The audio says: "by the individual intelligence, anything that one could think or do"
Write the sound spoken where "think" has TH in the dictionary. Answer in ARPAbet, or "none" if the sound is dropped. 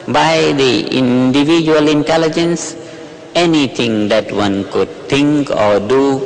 T